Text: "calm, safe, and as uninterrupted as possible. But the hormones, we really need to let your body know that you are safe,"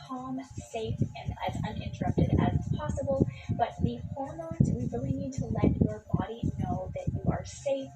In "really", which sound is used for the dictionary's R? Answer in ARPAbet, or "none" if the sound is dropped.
W